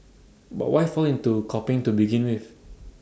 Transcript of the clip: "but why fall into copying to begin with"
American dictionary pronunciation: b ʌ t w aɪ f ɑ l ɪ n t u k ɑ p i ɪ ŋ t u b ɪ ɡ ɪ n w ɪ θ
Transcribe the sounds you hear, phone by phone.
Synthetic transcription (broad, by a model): b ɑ t w aɪ f ɑ l ɪ n t u k ɑ p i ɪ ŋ t u b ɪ ɡ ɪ n w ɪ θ